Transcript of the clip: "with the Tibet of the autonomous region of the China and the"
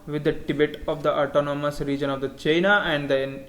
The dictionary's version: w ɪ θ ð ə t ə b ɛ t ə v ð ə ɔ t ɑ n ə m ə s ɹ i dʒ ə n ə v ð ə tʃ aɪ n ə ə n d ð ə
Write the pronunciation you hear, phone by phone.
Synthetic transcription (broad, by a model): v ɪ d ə t ə b ɛ t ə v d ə ɔ t ɑ n ə m ə s ɹ i dʒ ə n ə v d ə tʃ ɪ n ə ə n d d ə